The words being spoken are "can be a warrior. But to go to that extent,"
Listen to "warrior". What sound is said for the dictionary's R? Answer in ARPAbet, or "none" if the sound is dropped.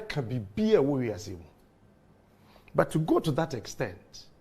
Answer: W